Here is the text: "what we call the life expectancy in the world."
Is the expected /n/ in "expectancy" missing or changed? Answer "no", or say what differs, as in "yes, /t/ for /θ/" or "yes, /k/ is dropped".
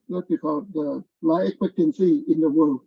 no